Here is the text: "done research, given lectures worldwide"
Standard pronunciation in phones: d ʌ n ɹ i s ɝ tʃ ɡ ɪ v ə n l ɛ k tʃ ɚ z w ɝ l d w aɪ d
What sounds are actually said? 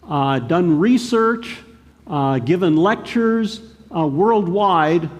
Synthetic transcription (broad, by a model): d ʌ n ɹ i s ɝ tʃ ɡ ɪ v ə n l ɛ k tʃ ɚ z w ɝ l d w aɪ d